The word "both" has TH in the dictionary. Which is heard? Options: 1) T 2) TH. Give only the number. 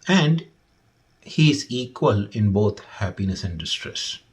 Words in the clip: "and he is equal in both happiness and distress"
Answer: 1